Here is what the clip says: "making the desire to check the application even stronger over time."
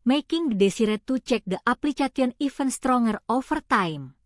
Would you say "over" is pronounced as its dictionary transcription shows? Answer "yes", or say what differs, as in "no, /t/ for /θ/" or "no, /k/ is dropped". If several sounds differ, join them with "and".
no, /f/ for /v/